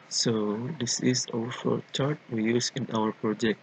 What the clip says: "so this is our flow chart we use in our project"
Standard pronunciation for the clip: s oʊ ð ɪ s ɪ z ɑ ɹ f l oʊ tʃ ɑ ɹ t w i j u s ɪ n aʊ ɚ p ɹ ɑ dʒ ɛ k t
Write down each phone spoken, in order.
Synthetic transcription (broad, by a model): s oʊ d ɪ s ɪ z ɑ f oʊ tʃ ɑ ɹ t w i j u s ɪ n aʊ ɚ p ɹ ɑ dʒ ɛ k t